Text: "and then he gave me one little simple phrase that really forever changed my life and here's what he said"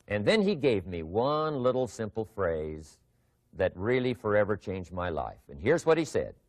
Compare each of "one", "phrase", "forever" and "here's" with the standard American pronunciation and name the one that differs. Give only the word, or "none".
none